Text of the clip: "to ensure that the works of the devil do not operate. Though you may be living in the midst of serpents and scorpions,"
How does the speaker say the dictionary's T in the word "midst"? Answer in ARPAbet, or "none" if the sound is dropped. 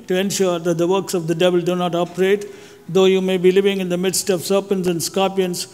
T